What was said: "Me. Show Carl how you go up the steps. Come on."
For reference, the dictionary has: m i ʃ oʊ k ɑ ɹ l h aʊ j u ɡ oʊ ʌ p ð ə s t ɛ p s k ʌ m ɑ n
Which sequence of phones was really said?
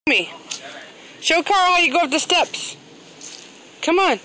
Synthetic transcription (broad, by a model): m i ʃ oʊ k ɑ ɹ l h aʊ j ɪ ɡ oʊ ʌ f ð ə s t ɛ p s k ʌ m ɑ n